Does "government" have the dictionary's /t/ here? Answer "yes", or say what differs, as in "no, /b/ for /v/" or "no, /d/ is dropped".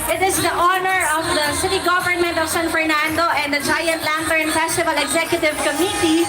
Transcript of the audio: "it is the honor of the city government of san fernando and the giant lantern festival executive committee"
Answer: yes